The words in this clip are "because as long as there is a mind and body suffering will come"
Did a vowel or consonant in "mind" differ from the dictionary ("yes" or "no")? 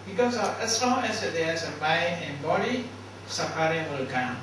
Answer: yes